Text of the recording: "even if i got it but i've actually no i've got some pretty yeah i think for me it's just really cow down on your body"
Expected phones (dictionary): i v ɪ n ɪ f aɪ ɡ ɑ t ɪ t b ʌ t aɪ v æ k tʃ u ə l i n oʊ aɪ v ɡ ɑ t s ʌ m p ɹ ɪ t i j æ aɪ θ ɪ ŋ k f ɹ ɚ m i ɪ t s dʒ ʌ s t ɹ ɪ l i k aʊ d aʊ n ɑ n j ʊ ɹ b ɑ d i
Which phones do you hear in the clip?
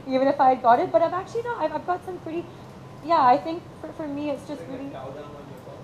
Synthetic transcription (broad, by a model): i v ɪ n ɪ f aɪ ɡ ɑ t ɪ t b ʌ t aɪ v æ k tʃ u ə n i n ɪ aɪ v ɡ ɑ t s ʌ m p ɹ ɪ t i j æ aɪ θ ɪ ŋ k f ɹ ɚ m i ɪ t s dʒ ʌ s t ɹ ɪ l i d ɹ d i